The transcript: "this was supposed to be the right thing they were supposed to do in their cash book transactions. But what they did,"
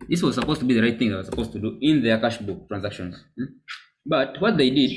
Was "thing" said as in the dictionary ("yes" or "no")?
yes